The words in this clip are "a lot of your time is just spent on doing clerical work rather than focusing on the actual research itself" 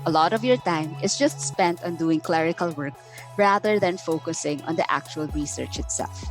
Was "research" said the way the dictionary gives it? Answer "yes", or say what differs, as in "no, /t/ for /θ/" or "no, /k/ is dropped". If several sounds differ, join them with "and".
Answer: yes